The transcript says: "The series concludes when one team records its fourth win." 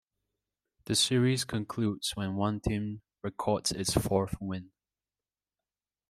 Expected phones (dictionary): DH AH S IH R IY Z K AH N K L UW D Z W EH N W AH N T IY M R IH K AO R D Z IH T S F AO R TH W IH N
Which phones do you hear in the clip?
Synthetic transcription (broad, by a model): DH AH S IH R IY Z K AH N K L UW D Z W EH N W AH N T IY M R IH K AO R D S IH T S F AO R TH W IH N